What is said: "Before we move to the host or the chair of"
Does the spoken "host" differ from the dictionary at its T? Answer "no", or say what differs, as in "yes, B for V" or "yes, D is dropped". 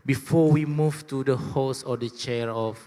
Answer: yes, T is dropped